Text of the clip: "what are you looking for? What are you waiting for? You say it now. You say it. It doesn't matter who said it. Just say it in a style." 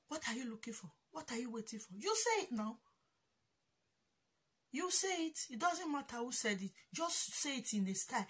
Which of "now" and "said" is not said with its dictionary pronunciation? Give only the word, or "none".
none